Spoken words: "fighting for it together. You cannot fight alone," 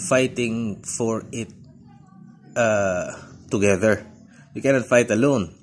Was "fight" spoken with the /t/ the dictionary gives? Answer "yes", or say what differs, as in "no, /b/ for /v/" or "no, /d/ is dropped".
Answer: yes